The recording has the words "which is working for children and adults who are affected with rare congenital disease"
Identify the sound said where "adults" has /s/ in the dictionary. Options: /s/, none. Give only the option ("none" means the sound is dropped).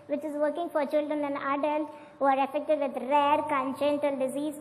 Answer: none